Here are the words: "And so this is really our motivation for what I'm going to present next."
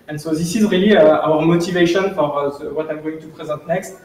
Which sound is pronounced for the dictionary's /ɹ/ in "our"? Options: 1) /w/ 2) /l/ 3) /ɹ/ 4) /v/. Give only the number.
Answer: 3